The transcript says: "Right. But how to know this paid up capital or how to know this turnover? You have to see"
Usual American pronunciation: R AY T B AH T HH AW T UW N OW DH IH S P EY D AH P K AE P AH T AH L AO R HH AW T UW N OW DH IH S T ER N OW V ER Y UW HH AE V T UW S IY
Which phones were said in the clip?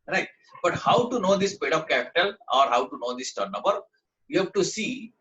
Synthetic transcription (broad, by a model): R AY T B AH T HH AW T UW N OW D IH S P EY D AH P K AE P AH T AH L AO R HH AW T UW N OW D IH S T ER N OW B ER Y UW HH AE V T UW S IY